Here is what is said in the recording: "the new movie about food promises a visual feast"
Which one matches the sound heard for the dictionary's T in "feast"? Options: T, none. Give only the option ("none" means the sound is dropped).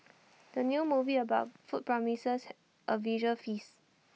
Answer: none